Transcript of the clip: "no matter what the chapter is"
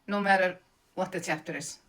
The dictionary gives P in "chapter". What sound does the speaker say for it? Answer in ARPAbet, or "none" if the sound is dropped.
F